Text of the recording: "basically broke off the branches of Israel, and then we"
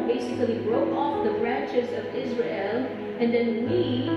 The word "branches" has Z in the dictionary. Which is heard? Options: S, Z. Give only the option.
Z